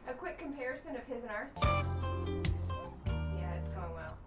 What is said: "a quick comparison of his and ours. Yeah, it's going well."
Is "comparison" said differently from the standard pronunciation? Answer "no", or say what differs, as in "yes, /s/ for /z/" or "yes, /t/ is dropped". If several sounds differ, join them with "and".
no